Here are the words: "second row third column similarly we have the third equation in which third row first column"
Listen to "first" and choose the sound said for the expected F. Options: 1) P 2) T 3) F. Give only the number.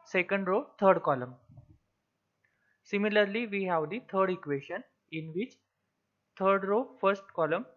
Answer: 3